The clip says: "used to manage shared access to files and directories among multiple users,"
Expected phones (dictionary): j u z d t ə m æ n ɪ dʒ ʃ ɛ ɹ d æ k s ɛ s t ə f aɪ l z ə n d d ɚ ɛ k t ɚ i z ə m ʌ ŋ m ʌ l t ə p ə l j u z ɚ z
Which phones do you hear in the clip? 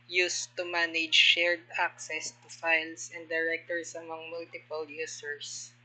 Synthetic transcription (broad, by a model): j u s t ə m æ n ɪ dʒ ʃ ɛ ɹ d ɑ k s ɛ s t ə f aɪ l s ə n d d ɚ ɛ k t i s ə m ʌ ŋ m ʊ l t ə p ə l j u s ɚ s